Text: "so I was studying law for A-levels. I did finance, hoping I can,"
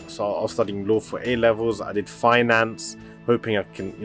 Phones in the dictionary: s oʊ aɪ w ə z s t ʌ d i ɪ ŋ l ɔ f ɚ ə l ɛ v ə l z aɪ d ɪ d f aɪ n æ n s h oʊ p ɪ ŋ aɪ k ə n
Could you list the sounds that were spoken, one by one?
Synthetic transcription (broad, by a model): s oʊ aɪ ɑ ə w s t ʌ d i ɪ ŋ l ɔ f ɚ ə l ɛ v ə l z aɪ d ɪ d f aɪ n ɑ n s h oʊ p ɪ ŋ aɪ k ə n